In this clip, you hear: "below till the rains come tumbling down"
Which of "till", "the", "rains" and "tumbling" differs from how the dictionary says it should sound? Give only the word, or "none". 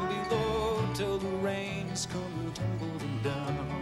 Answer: tumbling